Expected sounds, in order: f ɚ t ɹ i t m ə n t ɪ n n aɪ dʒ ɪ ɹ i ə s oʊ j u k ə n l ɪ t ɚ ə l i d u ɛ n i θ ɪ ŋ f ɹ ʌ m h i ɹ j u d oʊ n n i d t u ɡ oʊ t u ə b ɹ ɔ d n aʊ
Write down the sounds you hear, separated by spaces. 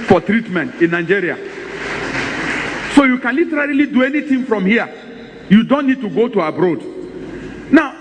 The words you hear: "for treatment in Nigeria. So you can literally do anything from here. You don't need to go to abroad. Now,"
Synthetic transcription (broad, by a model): f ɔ t ɹ i t m ə n t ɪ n n aɪ dʒ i ɹ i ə s oʊ j u k ə n l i t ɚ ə l i d u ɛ n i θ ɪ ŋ f ɹ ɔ m h i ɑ j u d oʊ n n i d t u ɡ oʊ t u ə b ɹ ɔ d n aʊ